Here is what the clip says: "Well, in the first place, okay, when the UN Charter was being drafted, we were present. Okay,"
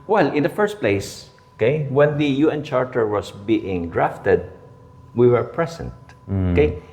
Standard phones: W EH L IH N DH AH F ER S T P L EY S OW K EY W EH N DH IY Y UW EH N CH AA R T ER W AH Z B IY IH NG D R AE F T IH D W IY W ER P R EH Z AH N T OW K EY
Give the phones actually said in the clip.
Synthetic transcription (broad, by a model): W EH L IH N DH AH F ER S T P L EY S OW K EY W EH N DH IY Y UW EH N CH AA R T ER W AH S B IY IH NG D R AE F T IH D W IY W ER P R EH S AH N T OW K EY